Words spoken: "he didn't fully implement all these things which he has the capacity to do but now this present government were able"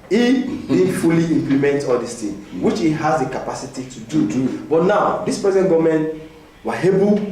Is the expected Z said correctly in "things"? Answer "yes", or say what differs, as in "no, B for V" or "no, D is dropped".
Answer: no, Z is dropped